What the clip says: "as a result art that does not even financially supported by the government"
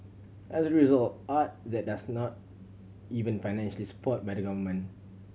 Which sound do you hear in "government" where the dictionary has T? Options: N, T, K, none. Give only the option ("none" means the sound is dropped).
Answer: none